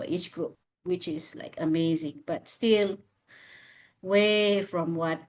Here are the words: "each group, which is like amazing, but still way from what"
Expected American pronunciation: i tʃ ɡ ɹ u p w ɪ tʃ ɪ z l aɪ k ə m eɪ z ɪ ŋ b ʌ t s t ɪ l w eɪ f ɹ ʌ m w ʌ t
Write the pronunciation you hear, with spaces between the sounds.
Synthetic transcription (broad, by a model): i tʃ ɡ ɹ u p w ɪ tʃ ɪ z l aɪ k ə m eɪ z ɪ ŋ b ʌ t s t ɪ l w eɪ f ɹ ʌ m w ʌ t